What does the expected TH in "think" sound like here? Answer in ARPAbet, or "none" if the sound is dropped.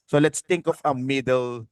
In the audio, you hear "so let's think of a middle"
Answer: T